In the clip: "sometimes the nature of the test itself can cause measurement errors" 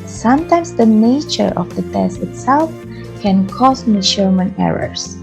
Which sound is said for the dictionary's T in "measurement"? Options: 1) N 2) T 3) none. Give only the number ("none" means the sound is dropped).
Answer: 3